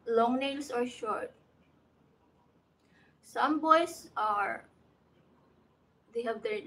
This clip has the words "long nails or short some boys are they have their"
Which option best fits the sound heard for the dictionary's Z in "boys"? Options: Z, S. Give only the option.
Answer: S